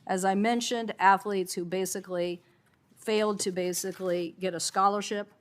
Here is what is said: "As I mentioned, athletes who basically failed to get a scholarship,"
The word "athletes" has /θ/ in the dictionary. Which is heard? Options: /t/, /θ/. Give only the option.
/θ/